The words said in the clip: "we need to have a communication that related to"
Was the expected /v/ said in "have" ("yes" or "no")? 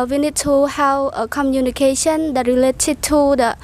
no